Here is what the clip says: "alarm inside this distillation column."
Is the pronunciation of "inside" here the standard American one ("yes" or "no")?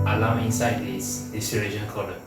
yes